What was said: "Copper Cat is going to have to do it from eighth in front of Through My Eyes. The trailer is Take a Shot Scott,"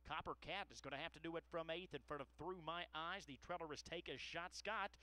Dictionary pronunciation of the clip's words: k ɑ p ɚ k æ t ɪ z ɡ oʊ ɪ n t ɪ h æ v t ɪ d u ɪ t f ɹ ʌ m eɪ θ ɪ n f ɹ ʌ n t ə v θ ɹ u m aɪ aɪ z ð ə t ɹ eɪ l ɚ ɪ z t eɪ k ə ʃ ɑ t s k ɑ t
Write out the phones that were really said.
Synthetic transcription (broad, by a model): k ɑ p ɚ k æ t ɪ z ɡ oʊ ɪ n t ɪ h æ f t ɪ d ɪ ɪ t f ɹ ʌ m eɪ θ ɪ n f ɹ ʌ t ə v θ ɹ u m aɪ aɪ z ð ə t ɹ eɪ l ɚ ɪ z t eɪ k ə ʃ ɑ t s k ɑ t